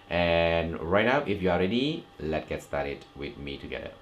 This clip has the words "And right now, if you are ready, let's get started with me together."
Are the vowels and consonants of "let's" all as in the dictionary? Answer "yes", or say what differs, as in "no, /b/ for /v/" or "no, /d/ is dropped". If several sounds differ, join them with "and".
no, /s/ is dropped